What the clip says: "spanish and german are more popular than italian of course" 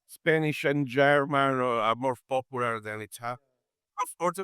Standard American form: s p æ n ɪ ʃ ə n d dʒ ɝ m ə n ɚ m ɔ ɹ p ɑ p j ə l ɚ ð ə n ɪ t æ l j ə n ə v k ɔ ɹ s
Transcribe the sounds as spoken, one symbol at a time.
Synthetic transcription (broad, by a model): s p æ n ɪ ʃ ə n dʒ ɝ m ə n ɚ m ɔ ɹ p ɑ p j ə l ɚ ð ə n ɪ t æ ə ə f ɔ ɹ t